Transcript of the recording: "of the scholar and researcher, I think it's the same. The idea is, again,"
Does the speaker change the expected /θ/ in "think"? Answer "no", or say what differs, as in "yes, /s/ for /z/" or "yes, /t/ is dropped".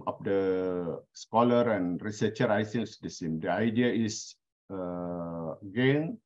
yes, /s/ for /θ/